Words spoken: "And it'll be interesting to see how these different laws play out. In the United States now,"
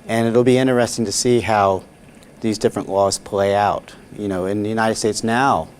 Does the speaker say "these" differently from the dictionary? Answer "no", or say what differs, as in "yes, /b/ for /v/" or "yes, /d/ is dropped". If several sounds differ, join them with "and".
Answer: no